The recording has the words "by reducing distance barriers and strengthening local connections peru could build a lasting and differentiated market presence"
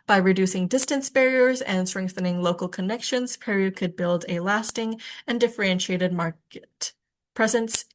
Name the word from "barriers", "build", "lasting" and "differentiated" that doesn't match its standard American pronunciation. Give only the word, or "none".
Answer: none